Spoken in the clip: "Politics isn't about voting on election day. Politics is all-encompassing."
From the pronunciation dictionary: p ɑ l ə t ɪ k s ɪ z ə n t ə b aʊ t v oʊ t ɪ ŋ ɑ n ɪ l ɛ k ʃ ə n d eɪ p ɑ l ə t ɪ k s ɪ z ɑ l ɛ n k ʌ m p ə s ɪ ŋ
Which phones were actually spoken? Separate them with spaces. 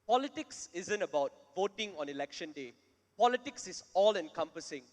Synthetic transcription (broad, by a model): p ɑ l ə t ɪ k s ɪ z ə n t ə b aʊ t v oʊ t ɪ ŋ ɑ n ɪ l ɛ k ʃ ə n d eɪ p ɑ l ə t ɪ k s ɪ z ɑ l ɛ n k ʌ m p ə s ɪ ŋ